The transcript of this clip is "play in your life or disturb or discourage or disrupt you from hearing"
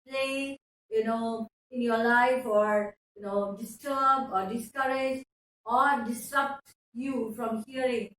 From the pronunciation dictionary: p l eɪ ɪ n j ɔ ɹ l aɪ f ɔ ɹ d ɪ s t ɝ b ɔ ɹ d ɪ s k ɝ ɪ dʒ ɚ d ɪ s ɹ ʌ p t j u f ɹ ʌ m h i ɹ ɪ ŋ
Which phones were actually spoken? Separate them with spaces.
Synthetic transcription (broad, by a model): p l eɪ ɪ n j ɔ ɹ l aɪ f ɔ ɹ d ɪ s t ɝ b ɔ ɹ d ɪ s k ɝ ɪ dʒ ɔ d ɪ s ɹ ʌ p t j u f ɹ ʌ m h i ɹ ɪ ŋ